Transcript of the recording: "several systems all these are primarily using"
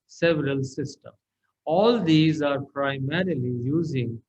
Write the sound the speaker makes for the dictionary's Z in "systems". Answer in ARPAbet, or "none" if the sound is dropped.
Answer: none